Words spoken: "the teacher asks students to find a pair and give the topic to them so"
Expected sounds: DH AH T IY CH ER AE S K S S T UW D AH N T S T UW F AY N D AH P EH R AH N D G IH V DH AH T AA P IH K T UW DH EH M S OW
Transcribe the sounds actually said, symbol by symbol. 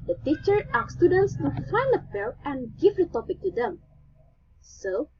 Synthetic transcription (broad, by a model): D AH T IY CH ER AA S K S S T UW D AH N T S T UW F AY N D AH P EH L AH N G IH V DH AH T AA P IH K T UW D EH M S OW